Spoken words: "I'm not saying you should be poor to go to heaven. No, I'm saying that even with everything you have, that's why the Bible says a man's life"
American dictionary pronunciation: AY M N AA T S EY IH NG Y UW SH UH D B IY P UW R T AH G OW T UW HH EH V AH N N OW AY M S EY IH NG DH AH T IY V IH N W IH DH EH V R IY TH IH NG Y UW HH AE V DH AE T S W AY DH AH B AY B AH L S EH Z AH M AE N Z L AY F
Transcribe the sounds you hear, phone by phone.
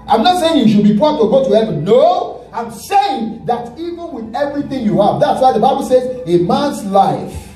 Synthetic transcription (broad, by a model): AY M N AA T S EY IH NG Y UW SH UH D B IY P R T AH G OW T UW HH EH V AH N N OW AY M S EY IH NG DH AH T IY V IH N W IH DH EH V R IY TH IH NG Y UW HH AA V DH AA T S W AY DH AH B AY B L S EH Z AH M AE N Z L AY F